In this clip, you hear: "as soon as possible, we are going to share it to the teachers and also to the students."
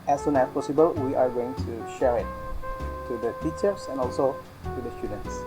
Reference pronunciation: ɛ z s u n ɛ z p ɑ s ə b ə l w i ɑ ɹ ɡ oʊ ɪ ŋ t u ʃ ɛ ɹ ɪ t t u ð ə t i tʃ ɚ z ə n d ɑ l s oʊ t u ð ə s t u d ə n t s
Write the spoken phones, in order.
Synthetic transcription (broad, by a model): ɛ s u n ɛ s p ɑ s ə b ə l w i ɑ ɹ ɡ oʊ ɪ ŋ t u ʃ ɛ ɹ ɪ t t u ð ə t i tʃ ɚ s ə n ɑ l s oʊ t u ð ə s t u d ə n t s